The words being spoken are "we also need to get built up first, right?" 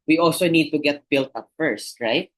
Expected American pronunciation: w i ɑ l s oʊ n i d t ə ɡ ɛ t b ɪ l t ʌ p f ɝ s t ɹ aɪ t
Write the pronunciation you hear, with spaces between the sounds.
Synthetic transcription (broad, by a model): w i ɑ l s oʊ n i d t ə ɡ ɛ t b ɪ l t ʌ p f ɝ s t ɹ aɪ t